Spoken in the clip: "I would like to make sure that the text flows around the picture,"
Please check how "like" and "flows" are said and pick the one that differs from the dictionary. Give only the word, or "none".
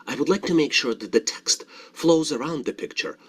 none